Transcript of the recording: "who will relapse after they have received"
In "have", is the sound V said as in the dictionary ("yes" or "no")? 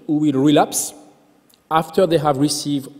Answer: yes